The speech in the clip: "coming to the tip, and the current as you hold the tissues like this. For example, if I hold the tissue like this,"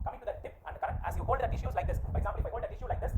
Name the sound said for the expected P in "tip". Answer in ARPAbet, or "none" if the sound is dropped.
P